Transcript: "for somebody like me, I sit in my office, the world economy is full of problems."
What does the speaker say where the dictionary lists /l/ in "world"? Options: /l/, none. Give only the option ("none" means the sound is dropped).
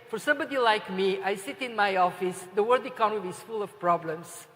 none